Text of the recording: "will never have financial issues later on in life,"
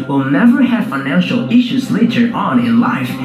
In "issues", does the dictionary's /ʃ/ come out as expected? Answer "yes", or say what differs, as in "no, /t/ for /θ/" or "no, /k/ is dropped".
yes